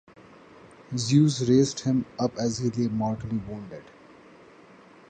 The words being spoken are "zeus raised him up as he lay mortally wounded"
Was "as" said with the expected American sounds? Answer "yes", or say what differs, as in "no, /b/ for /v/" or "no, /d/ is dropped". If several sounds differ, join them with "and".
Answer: yes